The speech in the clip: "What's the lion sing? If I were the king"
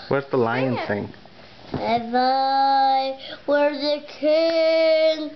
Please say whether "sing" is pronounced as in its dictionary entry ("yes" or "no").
no